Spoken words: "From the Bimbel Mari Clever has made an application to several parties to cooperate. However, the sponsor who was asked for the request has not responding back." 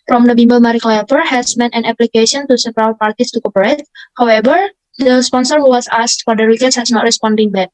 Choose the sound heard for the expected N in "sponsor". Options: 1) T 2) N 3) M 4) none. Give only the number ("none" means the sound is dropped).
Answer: 2